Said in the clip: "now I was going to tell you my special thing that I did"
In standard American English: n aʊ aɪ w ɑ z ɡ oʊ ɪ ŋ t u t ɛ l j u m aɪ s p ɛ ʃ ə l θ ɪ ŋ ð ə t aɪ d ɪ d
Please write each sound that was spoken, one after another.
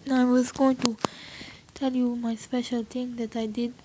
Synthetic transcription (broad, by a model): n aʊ aɪ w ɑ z ɡ oʊ ɪ ŋ t u t ɛ l j u m aɪ s p ɛ ʃ ə l t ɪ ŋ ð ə t aɪ d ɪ d